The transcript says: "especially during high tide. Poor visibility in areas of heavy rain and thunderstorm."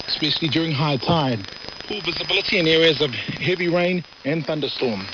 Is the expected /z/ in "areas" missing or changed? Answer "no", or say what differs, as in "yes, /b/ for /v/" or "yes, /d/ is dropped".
no